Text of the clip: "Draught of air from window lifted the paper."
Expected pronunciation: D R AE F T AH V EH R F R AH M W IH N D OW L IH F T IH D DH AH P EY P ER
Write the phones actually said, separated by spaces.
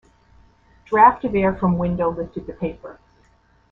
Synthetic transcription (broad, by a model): D R AE F T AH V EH R F R AH M W IH N D OW L IH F T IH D DH AH P EY P ER